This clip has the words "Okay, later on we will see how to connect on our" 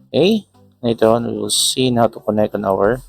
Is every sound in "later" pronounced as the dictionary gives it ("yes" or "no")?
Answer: no